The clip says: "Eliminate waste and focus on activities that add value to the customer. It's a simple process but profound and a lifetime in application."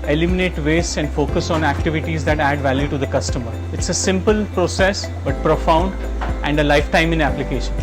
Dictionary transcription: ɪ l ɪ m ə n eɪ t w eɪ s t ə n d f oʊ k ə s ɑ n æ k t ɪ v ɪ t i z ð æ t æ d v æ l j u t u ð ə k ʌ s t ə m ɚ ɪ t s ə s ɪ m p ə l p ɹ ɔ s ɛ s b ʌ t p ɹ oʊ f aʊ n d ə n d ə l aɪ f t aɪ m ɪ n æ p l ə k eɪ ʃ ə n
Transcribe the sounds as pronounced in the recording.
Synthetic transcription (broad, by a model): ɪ l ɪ m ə n eɪ t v eɪ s ə n d f oʊ k ə s ɑ n æ k t ɪ v ɪ t i z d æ t æ d v æ l j u t u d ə k ʌ s t ə m ɚ ɪ t s ə s ɪ m p ə l p ɹ ɔ s ɛ s b ʌ t p ɹ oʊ f aʊ n d ə n d ə l aɪ f t aɪ m ɪ n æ p l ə k eɪ ʃ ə n